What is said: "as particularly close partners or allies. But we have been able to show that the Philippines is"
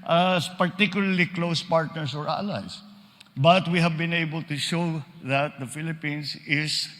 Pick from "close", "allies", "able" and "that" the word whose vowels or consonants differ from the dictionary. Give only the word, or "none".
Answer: allies